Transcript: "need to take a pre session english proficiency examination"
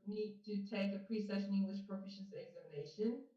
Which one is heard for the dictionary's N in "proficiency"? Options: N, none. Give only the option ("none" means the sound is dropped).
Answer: none